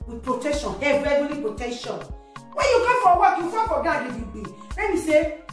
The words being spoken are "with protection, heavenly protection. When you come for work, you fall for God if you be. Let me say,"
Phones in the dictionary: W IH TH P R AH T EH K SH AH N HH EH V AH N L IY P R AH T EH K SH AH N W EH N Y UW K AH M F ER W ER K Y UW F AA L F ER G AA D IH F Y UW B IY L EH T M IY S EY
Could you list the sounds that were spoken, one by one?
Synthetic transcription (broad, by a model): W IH P R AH T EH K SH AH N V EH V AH L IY P R AH T EH K SH AH N W EH N Y UW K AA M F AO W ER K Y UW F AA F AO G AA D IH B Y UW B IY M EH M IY S EY